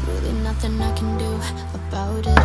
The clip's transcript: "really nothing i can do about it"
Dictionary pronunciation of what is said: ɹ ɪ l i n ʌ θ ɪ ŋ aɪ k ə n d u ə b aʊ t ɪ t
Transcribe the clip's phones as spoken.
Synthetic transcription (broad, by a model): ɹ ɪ l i n ʌ θ ɪ ŋ aɪ k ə n d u ə b aʊ t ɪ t